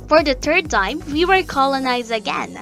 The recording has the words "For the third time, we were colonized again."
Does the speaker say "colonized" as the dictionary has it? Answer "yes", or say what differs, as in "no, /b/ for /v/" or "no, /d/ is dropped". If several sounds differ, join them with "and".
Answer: yes